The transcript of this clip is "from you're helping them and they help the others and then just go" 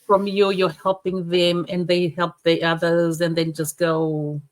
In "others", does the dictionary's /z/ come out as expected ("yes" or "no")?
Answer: yes